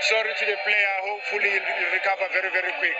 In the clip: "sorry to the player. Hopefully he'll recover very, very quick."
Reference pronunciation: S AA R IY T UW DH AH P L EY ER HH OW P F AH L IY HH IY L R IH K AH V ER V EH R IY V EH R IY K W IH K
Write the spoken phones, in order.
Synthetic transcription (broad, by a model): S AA R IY T UW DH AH P L EY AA HH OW F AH L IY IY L R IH K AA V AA V EH R IY V EH R IY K W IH K